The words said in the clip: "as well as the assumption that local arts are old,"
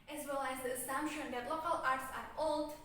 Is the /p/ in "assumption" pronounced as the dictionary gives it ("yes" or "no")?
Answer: yes